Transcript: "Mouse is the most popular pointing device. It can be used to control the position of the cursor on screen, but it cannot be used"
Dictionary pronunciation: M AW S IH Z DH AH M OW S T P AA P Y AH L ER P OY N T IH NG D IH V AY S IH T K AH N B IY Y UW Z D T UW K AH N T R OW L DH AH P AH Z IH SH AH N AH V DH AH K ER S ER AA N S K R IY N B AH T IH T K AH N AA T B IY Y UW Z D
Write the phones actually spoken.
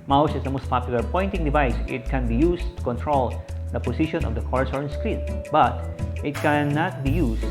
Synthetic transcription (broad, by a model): M AW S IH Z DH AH M OW S T P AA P Y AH L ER P OY N T IH NG D IH V AY S IH T K AH N B IY Y UW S T UW K AH N T R OW L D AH P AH S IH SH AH N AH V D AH K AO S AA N S K R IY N B AH T IH T K AH N AA T B IY Y UW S